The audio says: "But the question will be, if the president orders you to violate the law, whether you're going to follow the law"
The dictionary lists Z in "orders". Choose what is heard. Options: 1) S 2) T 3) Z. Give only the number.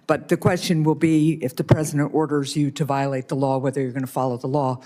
3